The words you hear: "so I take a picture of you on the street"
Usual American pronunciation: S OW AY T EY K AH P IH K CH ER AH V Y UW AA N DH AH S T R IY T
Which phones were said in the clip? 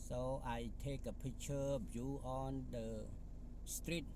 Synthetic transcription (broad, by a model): S OW AY T EY K AH P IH CH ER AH B Y UW AA N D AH S T R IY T